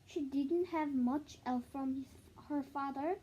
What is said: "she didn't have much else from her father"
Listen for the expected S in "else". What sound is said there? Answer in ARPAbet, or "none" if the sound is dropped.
TH